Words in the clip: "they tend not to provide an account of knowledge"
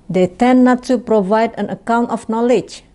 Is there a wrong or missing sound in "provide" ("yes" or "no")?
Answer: no